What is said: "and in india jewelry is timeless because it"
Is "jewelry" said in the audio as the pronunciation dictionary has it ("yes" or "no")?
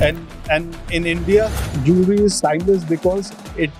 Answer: no